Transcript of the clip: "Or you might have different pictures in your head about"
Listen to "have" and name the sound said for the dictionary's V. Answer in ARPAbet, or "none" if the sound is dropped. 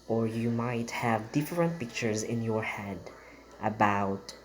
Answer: V